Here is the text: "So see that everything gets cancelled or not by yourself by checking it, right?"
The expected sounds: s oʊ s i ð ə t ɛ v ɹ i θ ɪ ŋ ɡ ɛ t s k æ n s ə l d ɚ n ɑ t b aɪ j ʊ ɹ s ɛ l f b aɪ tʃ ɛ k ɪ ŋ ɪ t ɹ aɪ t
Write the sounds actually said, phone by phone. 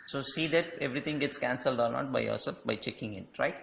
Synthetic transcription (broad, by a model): s oʊ s i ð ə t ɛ v ɹ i t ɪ ŋ ɡ ɛ t s k æ n s ə l d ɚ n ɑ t b aɪ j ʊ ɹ s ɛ l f b aɪ tʃ ɛ k ɪ ŋ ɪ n ɹ aɪ t